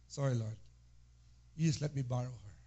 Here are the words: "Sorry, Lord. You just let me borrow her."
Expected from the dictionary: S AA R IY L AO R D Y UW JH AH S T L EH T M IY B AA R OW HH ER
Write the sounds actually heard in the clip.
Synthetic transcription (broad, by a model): S AA R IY L AO R D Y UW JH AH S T L EH T M IY B AA R OW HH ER